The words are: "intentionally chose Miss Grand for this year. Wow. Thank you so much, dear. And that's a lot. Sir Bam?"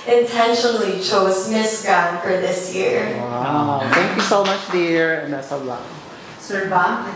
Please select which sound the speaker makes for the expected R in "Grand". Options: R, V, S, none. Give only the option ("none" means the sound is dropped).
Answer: none